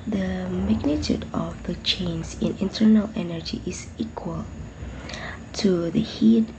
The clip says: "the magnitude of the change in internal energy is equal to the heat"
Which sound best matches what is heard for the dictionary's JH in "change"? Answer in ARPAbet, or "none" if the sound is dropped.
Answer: Z